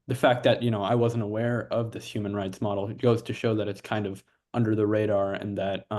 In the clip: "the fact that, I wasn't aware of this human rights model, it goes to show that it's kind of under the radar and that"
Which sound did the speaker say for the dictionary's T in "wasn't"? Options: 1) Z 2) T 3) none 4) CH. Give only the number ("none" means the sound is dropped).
2